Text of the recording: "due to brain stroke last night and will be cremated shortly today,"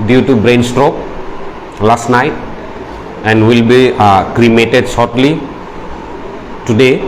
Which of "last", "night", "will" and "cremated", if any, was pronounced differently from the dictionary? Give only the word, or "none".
none